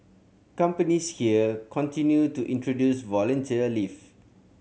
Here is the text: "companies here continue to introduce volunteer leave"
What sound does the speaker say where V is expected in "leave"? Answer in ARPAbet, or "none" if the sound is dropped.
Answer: F